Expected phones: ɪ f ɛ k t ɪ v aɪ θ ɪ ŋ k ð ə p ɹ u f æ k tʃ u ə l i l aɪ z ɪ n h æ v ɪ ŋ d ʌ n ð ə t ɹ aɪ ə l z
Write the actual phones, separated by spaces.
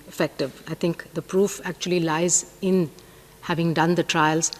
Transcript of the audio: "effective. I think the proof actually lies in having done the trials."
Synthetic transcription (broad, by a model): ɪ f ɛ k t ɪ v aɪ t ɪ ŋ k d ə p ɹ u f æ k tʃ u ə l i l aɪ z ɪ n h æ v ɪ ŋ d ʌ n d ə t ɹ aɪ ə l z